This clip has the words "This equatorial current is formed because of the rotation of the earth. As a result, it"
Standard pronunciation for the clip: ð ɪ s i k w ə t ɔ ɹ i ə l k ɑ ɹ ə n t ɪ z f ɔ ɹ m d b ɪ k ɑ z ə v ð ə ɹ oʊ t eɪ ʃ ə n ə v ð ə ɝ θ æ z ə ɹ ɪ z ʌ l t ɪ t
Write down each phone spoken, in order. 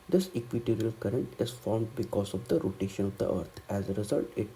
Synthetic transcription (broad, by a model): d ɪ s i k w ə t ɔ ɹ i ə l k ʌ ɹ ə n t ɪ z f ɔ ɹ m d b ɪ k ɑ z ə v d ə ɹ oʊ t eɪ ʃ ə n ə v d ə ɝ t æ z ə ɹ ɪ z ʌ l t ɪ t